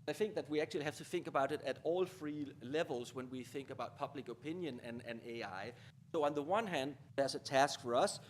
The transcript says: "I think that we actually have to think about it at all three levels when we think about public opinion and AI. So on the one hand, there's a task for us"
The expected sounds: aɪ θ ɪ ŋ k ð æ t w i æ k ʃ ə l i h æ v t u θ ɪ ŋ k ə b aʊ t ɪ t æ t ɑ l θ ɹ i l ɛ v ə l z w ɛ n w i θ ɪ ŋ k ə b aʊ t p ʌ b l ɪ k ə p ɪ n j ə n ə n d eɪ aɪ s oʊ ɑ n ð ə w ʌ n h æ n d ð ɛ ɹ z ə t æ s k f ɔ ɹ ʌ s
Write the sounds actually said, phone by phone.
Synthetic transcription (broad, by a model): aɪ θ ɪ ŋ k ð æ t w i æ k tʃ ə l i h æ f t u θ ɪ ŋ k ə b aʊ t ɪ t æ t ɑ l f ɹ i l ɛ v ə l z w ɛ n w i θ ɪ ŋ k ə b aʊ t p ʌ b l ɪ k ə p ɪ n j ə n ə n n eɪ aɪ s oʊ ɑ n ð ə w ʌ n h æ n d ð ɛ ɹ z ə t æ s k f ɔ ɹ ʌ s